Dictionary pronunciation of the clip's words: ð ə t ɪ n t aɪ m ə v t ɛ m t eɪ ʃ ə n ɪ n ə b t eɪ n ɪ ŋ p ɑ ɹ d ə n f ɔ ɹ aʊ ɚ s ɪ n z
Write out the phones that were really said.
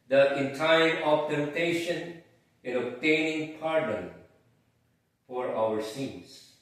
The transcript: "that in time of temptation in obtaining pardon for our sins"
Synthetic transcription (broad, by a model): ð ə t ɪ n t aɪ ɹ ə p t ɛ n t eɪ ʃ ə n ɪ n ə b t eɪ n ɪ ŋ p ɑ ɹ d ə n f ɔ ɹ aʊ ɚ s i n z